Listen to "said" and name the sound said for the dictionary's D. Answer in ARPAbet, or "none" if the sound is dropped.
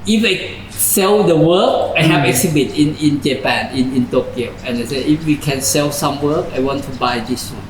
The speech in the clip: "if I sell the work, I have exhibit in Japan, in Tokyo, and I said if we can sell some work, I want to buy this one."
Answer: none